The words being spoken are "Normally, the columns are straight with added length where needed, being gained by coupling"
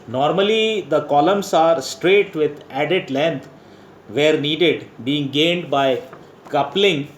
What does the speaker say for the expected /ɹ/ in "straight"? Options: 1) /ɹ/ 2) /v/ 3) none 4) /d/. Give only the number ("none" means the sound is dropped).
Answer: 1